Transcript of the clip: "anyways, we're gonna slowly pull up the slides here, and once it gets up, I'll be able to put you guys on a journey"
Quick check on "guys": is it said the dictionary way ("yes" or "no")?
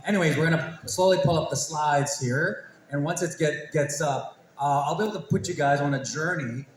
yes